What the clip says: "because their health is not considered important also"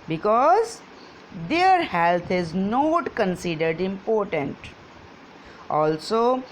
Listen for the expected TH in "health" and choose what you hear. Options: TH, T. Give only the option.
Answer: T